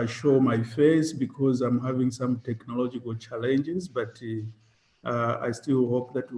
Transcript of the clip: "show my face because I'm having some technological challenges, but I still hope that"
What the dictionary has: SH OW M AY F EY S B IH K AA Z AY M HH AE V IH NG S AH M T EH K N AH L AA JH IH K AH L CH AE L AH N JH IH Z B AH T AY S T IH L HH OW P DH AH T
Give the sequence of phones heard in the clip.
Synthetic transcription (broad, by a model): SH OW M AY F EY S B IH K AA Z AY M HH AE V IH NG S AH M T EH K N AH L AA JH IH K AH L CH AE L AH N JH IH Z B AH T AY S T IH L HH OW P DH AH T